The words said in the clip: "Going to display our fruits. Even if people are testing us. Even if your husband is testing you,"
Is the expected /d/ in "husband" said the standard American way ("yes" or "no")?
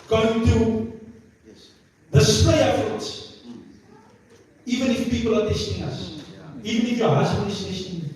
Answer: no